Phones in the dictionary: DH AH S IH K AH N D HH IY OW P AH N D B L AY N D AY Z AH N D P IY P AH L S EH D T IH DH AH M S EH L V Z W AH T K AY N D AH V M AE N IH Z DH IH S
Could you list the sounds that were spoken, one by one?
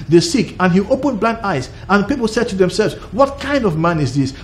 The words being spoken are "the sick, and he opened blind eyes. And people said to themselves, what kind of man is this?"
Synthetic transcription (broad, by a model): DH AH S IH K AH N HH IY OW P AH N B L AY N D AY Z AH N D P IY P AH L S EH D T IH DH AH M S EH L V Z W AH T K AY N D AH V M AE N IH Z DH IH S